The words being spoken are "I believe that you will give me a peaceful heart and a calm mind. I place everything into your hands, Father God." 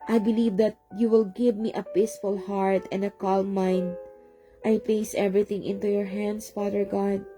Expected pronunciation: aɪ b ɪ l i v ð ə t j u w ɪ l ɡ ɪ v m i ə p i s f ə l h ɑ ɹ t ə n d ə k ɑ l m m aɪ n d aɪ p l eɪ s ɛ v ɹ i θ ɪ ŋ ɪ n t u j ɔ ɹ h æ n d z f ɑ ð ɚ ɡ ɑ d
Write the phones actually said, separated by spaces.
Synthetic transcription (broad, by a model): aɪ b ɪ l i v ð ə t j u w ɪ l ɡ ɪ v m i ə p i s f ə l h ɑ ɹ t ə n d ə k ɑ l m m aɪ n d aɪ p l eɪ s ɛ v ɹ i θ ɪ ŋ ɪ n t u j ɔ ɹ h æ n d s f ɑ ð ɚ ɡ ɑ d